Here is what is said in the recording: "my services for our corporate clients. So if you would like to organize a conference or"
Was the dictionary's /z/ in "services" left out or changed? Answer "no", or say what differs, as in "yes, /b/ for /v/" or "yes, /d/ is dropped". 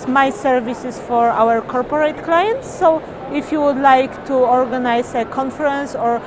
yes, /s/ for /z/